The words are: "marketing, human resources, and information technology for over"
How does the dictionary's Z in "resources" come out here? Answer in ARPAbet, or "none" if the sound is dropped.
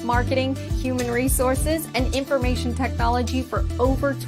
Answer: Z